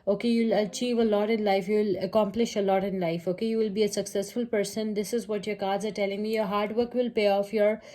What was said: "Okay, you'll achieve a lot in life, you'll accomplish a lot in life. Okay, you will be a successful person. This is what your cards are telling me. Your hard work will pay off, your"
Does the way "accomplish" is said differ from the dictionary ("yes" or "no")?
no